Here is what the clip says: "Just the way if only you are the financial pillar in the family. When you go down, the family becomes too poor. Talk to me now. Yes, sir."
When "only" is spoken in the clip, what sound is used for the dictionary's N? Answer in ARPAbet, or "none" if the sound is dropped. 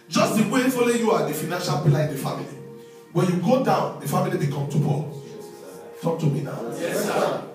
none